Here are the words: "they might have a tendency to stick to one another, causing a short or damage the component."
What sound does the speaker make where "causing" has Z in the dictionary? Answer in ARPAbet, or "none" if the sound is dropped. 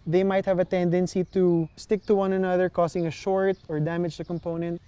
S